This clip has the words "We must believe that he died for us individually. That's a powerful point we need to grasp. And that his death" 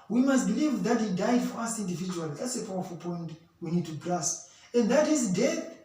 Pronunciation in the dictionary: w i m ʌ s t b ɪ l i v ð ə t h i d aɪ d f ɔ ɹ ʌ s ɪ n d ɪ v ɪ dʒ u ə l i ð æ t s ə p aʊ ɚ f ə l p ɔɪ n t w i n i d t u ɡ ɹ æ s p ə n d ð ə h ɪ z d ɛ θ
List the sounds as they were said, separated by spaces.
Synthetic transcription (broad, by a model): w i m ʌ s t b ɪ l i v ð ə t h i d aɪ d f ɔ ɹ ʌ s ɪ n d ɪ v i dʒ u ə l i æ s ə p aʊ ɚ f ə l p ɔɪ n t w i n i d t u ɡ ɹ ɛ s ə n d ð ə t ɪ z d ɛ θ